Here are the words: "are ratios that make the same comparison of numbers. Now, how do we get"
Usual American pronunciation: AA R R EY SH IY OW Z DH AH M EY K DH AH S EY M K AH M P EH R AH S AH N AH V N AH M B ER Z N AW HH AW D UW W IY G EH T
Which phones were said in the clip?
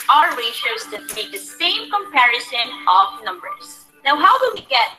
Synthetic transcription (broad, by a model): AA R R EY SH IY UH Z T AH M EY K DH AH S EY M K AH M P EH R AH S AH N AH V N AH M B ER Z N AW HH AW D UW W IY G EH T